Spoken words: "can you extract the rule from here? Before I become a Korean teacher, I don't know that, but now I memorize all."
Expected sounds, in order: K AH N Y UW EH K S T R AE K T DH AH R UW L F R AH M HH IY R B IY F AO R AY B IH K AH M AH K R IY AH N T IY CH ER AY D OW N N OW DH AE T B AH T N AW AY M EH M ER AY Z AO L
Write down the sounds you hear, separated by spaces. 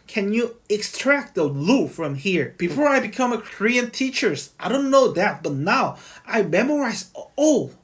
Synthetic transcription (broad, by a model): K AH N Y UW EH K S T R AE K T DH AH L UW F R AH M HH IY R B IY F AO R AY B IH K AH M AH K R IY AH N T IY CH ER AY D OW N N OW DH AE T B AH T N AW AY M EH M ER AY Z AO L